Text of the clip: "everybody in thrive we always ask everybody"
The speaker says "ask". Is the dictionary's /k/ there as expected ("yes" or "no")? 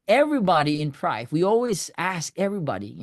yes